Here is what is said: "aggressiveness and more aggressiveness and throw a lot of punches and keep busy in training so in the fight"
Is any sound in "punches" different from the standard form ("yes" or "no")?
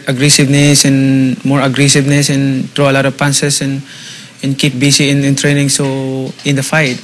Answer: yes